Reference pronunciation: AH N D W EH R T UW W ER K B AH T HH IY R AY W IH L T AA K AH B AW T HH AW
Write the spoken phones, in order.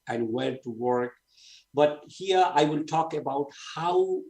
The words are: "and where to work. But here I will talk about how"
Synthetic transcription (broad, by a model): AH N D W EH L T UW W ER K B AH T HH IY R AY W IH L T AA K AH B AW T HH AW